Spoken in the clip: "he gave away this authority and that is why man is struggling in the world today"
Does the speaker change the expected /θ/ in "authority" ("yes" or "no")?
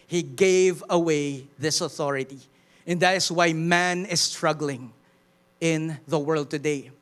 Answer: no